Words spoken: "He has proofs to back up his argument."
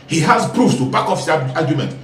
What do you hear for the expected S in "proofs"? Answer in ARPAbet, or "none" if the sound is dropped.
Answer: none